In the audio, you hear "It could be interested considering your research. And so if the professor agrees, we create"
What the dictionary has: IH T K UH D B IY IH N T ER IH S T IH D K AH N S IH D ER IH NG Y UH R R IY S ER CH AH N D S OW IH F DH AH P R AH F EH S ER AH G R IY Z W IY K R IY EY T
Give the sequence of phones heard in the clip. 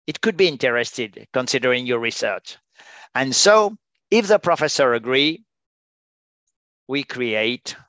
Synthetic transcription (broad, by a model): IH T K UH D B IY IH N T ER IH S T IH D K AH N S IH D ER IH NG Y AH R R IY S ER CH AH N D S OW IH F DH AH P R AH F EH S ER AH G R IY W IY K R IY EY T